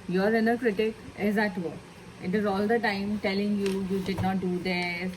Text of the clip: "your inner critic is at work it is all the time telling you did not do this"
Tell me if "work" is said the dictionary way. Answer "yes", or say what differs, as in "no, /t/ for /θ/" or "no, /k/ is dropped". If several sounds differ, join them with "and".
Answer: no, /k/ is dropped